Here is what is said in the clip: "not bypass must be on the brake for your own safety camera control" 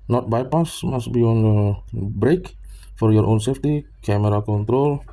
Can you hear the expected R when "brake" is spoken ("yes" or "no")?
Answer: yes